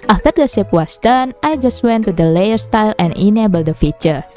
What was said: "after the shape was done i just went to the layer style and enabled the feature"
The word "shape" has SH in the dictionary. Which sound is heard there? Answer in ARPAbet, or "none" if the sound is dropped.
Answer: S